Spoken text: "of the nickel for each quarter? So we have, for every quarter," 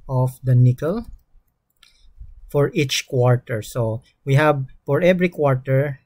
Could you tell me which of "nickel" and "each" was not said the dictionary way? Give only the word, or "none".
none